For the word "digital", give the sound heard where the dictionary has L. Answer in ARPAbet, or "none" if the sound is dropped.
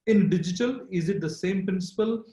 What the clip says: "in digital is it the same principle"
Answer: L